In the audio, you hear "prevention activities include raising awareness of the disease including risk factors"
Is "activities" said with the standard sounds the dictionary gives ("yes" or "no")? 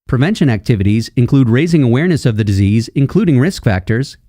yes